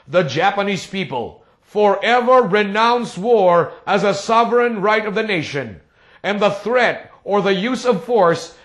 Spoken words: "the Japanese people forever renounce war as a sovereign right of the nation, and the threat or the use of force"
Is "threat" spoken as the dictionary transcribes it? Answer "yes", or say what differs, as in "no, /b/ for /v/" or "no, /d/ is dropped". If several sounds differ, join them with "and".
yes